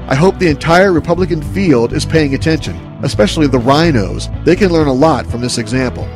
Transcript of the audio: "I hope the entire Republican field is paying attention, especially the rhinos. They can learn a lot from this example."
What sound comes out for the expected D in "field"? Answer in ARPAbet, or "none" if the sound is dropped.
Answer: D